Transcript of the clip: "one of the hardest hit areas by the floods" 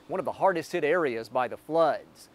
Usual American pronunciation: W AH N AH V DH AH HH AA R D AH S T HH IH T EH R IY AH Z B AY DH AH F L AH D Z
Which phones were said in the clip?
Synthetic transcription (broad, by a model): W AH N AH V DH AH HH AA R D AH S T HH IH T EH R IY AH Z B AY DH AH F L AH D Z